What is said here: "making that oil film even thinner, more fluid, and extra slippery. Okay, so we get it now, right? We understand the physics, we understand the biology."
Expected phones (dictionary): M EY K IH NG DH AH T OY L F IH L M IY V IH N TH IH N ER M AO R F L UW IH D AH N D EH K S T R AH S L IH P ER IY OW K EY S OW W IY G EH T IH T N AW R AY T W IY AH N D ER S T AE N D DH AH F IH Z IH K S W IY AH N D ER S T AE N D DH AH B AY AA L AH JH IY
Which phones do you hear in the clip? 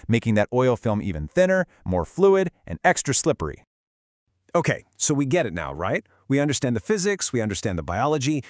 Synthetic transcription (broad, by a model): M EY K IH NG DH AH T OY L F IH L M IY V IH N TH IH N ER M AO R F L UW IH D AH N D EH K S T R AH S L IH P ER IY OW K EY S OW W IY G EH T IH T N AW R AY T W IY AH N D ER S T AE N DH AH F IH Z IH K S W IY AH N D ER S T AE N DH AH B AY AA L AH JH IY